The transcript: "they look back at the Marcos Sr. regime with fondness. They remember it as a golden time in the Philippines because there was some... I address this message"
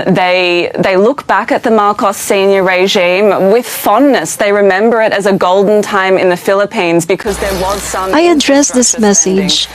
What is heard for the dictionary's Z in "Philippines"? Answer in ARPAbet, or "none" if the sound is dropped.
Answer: Z